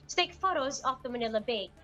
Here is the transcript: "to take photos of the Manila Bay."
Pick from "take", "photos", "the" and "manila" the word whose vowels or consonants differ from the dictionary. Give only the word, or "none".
none